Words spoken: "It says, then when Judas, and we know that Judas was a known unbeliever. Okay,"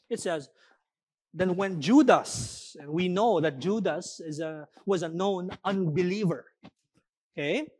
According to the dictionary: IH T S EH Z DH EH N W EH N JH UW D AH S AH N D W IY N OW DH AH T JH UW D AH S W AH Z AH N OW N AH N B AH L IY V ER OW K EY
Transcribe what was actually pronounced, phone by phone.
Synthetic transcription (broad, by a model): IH T S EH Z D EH N W EH N JH UW D AH S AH N W IY N OW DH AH T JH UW D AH S W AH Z AH N OW N AH N B AH L IY V ER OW K EY